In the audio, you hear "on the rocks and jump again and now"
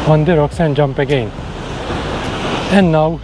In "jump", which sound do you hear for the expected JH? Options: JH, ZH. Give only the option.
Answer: JH